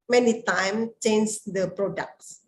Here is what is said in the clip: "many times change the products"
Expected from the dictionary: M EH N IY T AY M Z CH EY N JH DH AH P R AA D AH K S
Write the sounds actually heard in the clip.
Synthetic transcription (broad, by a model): M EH N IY T AY M CH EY N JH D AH P R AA D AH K S